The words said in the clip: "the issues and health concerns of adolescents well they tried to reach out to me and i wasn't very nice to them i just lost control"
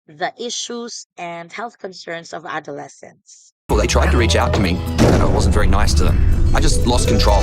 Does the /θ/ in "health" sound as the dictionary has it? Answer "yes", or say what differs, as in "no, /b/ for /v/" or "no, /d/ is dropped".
yes